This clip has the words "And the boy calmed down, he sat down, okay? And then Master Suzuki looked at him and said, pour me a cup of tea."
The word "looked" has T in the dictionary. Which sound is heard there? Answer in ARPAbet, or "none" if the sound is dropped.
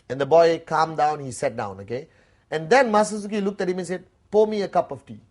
T